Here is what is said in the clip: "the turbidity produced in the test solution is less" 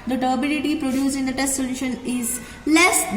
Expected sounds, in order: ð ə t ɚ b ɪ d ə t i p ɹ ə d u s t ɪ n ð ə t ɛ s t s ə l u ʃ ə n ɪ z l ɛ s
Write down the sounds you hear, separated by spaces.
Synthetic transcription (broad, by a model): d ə t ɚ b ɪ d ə t i p ɹ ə d u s ɪ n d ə t ɛ s t s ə l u ʃ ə n ɪ z l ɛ s